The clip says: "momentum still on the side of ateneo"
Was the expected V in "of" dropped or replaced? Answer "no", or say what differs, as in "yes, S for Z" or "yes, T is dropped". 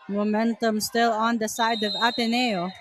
no